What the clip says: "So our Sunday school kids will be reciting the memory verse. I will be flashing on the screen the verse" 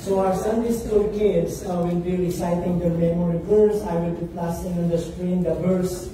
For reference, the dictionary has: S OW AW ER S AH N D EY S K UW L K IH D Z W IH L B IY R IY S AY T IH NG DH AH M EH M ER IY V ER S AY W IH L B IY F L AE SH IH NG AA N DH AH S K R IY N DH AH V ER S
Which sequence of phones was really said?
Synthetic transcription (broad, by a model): S OW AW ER S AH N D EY S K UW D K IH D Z W IH L B IY R IY S AY T IH NG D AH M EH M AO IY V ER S AY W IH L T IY P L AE S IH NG AA N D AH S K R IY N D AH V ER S